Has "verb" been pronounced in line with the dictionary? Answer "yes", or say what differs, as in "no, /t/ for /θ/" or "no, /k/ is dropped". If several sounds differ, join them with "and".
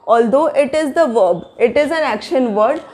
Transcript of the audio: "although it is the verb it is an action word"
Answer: yes